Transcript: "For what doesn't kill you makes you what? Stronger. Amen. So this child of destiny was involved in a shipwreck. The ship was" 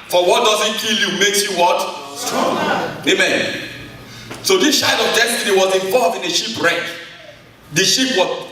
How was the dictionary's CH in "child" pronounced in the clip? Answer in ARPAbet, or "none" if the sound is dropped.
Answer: SH